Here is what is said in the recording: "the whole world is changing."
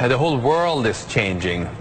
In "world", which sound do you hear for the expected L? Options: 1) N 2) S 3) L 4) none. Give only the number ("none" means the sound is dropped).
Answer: 3